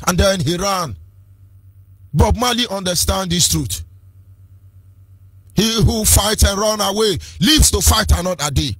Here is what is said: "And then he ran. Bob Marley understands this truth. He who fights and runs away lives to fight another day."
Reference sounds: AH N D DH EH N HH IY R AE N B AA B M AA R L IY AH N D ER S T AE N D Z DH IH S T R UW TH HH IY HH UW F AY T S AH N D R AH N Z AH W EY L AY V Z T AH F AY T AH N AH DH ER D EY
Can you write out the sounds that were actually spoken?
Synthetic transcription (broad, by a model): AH N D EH N HH IY R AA N B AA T M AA L IY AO N D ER S T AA N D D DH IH S T R UW T HH IY HH UW F AY T AH N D R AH N AH W EY L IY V S T AH F AY T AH N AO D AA D EY